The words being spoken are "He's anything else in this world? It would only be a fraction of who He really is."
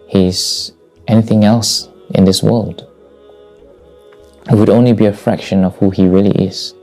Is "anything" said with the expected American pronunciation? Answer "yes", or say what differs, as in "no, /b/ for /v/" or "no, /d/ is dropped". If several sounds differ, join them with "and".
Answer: yes